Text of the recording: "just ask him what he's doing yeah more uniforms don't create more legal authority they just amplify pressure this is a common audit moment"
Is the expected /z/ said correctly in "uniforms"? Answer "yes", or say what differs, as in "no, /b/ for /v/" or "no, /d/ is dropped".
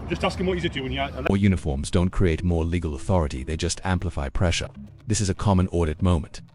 yes